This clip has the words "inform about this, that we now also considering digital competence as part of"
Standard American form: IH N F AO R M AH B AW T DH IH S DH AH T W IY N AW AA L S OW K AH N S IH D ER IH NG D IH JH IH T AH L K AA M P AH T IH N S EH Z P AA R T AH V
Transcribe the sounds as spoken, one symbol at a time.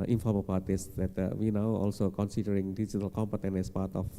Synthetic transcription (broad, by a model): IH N F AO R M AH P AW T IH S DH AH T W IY N AW AA L S OW K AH N S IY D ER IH NG D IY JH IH T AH L K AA M P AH T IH N EH S P AA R T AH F